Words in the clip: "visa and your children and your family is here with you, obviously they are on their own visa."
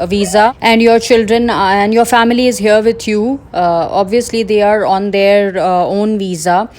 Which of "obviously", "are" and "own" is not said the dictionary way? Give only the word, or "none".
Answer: none